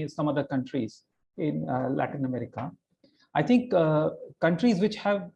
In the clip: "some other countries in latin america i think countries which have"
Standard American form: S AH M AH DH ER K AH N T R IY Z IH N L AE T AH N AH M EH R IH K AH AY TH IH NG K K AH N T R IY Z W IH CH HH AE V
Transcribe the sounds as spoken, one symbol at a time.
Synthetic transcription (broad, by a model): S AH M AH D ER K AH N T R IY Z IH N L AE T AH N AH M EH R IH K AH AY T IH NG K K AH N T R IY Z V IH CH HH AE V